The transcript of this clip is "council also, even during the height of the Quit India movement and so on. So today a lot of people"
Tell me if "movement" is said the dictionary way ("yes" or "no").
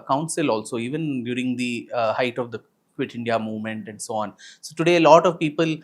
yes